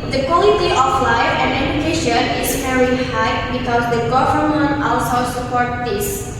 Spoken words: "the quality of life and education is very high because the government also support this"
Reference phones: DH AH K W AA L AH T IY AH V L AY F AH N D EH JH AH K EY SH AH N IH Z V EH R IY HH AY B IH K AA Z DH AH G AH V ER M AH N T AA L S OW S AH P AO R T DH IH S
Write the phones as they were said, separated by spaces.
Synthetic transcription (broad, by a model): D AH K W AA L AH T IY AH F L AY AH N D EH JH AH K EY SH AH N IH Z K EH R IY HH AY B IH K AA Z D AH G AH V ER M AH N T AA L S OW S AH P AO R T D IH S